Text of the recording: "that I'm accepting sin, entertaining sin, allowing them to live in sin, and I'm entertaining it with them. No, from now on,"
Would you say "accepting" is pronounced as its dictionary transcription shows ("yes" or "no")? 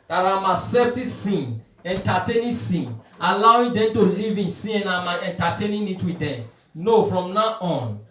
no